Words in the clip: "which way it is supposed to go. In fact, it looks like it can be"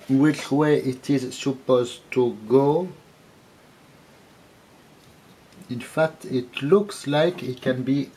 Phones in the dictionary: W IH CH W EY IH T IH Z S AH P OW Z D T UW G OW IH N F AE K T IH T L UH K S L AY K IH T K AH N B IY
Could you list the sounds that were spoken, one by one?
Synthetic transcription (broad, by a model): W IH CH W EY IH T IH Z S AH P OW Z T UW G OW IH N F AE K T IH T L UH K S L AY K IH T K AH N B IY